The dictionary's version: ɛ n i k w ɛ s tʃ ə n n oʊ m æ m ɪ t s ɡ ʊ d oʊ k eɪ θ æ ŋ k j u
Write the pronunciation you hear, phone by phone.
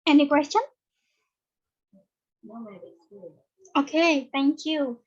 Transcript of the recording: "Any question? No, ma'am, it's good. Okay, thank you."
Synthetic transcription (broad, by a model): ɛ n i k w ɛ s tʃ ə n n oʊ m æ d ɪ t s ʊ oʊ k eɪ θ æ ŋ k j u